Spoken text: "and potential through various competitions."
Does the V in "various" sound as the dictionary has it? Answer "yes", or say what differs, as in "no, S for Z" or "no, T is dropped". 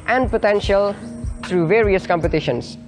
yes